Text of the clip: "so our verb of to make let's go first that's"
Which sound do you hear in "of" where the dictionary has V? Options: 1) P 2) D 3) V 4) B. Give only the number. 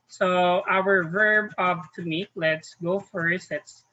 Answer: 1